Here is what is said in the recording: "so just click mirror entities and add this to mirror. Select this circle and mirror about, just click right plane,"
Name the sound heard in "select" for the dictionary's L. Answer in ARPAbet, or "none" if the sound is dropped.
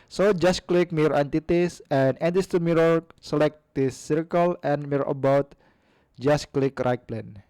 L